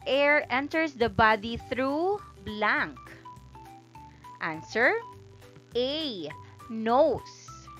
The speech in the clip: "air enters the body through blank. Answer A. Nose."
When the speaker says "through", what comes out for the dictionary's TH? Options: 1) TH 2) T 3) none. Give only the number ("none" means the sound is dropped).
1